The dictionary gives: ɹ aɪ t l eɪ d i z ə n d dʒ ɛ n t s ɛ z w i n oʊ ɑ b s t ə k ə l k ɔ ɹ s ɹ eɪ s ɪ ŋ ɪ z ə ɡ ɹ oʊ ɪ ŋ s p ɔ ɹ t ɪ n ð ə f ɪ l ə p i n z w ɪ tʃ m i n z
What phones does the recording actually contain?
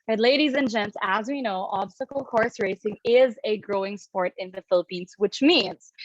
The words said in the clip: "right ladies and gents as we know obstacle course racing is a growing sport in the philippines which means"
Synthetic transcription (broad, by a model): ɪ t l eɪ d i z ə n dʒ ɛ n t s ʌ z w i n oʊ ɑ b s t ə k l k ɔ ɹ s ɹ eɪ s ɪ ŋ ɪ z ə ɡ ɹ oʊ ɪ ŋ s p ɔ ɹ t ɪ n ð ə f ɪ l ə p i n z w ɪ tʃ m i n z